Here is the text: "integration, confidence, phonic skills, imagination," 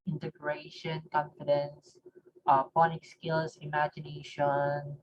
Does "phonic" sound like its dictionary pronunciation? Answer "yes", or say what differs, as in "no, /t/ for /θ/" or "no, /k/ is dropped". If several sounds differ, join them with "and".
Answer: no, /p/ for /f/